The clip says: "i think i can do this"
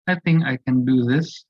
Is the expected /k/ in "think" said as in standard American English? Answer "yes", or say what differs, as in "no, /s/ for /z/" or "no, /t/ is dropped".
yes